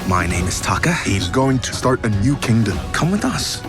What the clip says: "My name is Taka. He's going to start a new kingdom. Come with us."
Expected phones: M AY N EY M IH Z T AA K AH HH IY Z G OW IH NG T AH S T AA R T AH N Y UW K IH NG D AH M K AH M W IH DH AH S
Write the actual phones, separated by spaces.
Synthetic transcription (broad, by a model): M AY N EY M IH Z T AA K AH HH IY Z G OW IH NG T AH S T AA R T AH N Y UW K IH NG D AH M K AH M W IH DH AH S